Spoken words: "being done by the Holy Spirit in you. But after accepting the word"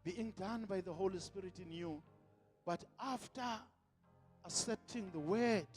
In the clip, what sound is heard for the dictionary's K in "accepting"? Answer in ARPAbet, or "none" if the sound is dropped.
none